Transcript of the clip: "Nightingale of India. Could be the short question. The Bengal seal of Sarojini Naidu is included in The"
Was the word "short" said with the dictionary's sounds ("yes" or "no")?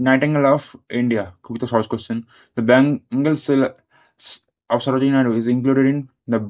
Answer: no